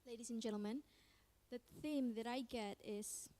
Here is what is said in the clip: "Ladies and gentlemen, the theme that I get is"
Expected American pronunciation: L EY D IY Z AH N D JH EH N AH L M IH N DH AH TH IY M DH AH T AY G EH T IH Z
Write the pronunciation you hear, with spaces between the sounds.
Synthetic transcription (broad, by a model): L EY D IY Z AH N JH EH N L M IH N DH AH TH IY M DH AH T AY G EH T IH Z